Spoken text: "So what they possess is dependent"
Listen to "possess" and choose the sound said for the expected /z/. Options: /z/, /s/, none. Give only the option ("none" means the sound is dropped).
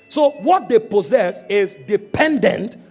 /z/